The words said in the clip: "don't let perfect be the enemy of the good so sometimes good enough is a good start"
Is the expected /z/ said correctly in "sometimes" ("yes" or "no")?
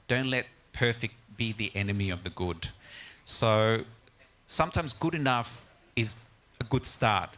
yes